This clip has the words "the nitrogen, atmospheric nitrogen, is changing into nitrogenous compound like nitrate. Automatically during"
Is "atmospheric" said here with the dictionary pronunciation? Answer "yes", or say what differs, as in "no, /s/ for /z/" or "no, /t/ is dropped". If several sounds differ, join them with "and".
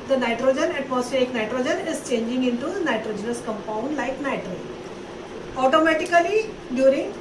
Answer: no, /ɹ/ is dropped